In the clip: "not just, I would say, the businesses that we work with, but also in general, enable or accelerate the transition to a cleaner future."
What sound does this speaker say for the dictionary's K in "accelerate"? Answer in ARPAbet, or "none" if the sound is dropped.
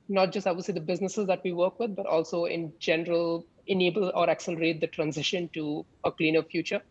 K